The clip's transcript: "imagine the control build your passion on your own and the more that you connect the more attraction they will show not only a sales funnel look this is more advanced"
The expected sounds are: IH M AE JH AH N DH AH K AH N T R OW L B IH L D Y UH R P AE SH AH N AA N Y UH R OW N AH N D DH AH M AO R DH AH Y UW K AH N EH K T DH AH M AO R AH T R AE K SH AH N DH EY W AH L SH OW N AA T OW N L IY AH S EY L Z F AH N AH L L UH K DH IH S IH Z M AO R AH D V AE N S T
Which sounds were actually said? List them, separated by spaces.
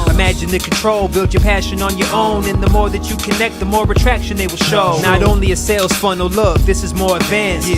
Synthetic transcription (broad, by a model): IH M AE JH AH N DH AH K N T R OW L B IH L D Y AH R P AE SH AH N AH N Y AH R OW N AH N DH AH M AO R DH AH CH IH K AH N EH K T DH AH M AO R AH T R AE K SH AH N DH EY W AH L SH OW N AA T OW N L IY AH S EY L Z F AH N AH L L UH K DH IH S IH Z M AO R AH D V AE N S